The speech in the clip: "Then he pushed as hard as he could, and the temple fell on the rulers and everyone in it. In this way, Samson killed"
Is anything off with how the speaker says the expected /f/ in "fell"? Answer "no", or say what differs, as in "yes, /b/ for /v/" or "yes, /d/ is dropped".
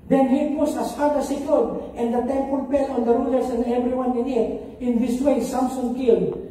yes, /p/ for /f/